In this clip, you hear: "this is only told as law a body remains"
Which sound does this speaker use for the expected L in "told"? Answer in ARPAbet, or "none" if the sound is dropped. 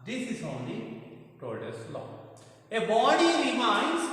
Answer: none